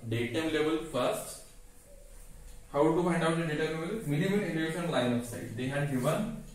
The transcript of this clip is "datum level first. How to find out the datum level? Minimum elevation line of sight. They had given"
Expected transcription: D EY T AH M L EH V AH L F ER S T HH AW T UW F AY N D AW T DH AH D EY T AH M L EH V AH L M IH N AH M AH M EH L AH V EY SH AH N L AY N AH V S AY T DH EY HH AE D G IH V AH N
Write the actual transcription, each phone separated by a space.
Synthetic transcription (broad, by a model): D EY T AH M L EH V AH L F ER S T HH AW T UW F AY N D AW T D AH D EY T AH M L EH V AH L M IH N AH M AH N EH N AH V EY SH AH N L AY N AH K S AY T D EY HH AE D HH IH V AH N